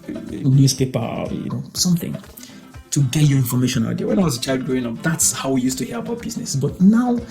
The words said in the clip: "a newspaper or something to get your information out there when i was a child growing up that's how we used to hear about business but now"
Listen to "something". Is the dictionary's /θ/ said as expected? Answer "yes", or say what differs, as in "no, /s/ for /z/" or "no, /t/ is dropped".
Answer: yes